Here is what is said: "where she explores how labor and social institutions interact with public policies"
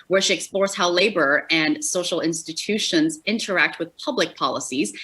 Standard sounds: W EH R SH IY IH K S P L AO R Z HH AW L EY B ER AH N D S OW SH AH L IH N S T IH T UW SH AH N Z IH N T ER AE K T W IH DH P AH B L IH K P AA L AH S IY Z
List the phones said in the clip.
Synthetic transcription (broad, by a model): W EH R SH IY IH K S P L AO R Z HH AW L EY B ER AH N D S OW SH L IH N S T IH T UW SH AH N Z IH N T ER AE K T W IH DH P AH B L IH K P AA L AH S IY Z